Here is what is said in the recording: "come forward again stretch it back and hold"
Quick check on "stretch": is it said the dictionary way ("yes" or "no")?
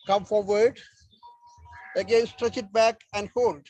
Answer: yes